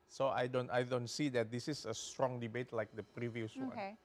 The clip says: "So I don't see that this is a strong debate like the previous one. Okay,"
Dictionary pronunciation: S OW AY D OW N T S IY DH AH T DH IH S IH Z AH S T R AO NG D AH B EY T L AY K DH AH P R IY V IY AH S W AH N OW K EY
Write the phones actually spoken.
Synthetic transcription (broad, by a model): S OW AY D OW N T S IY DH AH T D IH S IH S AH S T R AO NG D AH B EY T L AY K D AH P R IY V IY AH S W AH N